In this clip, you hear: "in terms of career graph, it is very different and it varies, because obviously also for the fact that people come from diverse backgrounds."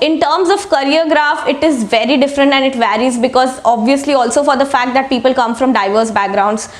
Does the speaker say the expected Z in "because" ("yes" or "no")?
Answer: yes